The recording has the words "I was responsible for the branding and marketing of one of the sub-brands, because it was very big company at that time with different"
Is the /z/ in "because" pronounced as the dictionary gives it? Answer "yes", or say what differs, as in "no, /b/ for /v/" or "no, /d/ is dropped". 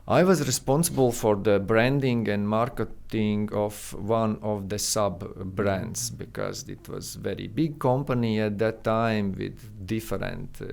yes